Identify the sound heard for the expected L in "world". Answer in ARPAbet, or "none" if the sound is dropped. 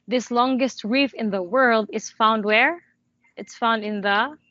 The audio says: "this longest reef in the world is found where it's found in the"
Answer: L